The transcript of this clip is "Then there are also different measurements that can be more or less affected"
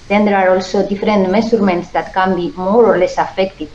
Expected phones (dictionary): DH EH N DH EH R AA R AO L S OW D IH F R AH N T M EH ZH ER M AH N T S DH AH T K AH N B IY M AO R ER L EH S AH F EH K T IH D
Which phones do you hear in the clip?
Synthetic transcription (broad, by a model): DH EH N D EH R AA R AO L S OW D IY F R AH N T M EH S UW M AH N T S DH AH T K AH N B IY M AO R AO L EH S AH F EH K T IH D